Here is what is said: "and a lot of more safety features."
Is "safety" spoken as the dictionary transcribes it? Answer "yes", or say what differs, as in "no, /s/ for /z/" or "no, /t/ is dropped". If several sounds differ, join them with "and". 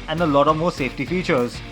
yes